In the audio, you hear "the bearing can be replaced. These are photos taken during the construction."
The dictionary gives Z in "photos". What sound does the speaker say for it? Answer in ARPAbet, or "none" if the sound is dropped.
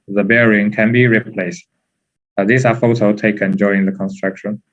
none